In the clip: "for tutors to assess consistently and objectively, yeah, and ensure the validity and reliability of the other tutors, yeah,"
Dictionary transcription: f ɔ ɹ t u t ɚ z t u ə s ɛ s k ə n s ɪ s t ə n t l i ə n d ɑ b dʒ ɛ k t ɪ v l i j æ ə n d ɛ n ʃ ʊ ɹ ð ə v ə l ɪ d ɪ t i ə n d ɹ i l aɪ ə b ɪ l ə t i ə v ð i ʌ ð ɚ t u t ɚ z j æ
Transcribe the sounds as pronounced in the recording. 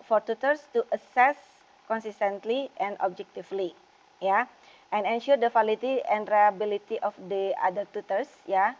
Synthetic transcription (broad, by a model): f ɔ ɹ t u t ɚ s t u ə s ɛ s k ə n s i s t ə n t l i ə n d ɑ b dʒ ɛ k t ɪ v l i j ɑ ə n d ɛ n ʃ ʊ ɹ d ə f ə l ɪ t i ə n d ɹ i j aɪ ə b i l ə t i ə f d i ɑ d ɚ t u t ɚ s j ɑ